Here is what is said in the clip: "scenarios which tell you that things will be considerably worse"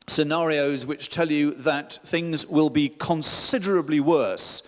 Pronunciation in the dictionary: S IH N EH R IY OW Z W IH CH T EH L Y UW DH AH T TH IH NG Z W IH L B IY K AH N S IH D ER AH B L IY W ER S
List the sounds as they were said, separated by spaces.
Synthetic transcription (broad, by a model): S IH N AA R IY OW Z W IH CH T EH L Y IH DH AH T TH IH NG Z W IH L B IY K AH N S IH D ER AH B L IY W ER S